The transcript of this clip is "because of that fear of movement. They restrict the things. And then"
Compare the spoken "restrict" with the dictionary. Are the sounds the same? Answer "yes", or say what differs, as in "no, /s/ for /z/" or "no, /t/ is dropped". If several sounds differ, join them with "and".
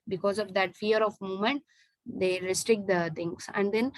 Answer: yes